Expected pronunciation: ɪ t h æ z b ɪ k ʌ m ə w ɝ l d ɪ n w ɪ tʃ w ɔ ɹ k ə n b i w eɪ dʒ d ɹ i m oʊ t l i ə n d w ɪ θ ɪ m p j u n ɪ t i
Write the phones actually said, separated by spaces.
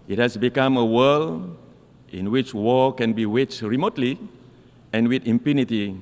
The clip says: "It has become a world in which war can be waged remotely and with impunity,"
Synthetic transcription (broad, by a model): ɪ t h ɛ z b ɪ k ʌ m ə w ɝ l ɪ n w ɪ tʃ w ɔ k ə n b i w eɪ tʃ ɹ i m oʊ t l i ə n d w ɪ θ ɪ m p j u n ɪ t i